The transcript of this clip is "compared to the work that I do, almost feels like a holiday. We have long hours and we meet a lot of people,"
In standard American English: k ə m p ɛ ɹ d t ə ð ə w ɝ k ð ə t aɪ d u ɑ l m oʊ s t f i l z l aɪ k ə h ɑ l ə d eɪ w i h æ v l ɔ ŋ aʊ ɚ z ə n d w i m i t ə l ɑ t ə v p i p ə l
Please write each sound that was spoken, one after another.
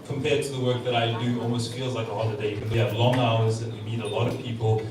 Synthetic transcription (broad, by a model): k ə m p ɛ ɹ d t ə ð ə w ɝ k ð ə t aɪ d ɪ ɑ l m oʊ s t f i l z l aɪ k ə h ɑ l ə d eɪ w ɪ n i v l ɔ ŋ aʊ ɚ z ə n w i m i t ə l ɑ t ə v p i p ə l